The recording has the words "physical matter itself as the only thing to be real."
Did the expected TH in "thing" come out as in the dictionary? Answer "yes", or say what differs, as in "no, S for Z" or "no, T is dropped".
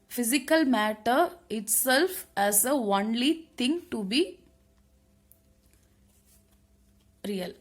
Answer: no, T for TH